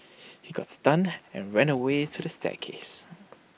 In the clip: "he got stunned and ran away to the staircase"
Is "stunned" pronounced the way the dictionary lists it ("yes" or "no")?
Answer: no